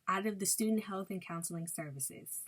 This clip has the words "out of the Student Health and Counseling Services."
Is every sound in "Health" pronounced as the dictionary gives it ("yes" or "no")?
yes